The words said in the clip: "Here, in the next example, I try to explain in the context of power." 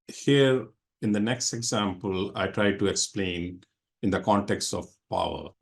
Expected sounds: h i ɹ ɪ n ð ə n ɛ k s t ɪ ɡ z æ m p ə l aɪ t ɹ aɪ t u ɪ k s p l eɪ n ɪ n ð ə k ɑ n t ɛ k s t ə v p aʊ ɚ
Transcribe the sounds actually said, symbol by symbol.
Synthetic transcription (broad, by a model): h i ɹ ɪ n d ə n ɛ k s t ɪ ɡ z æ m p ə l aɪ t ɹ aɪ t u ɪ k s p l eɪ n ɪ n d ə k ɑ n t ɛ k s t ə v p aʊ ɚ